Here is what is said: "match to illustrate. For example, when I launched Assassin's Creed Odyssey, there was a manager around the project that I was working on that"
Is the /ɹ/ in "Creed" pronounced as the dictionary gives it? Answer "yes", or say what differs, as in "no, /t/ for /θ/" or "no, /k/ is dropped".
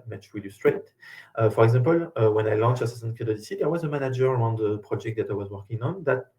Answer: no, /ɹ/ is dropped